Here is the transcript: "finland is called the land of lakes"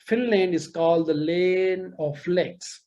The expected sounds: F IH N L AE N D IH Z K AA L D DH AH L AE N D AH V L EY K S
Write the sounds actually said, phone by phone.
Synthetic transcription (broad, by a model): F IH N L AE N D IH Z K AA L D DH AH L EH N AH F L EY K S